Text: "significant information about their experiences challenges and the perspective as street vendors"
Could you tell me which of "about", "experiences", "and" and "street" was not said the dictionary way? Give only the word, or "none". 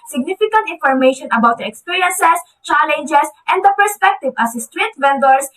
experiences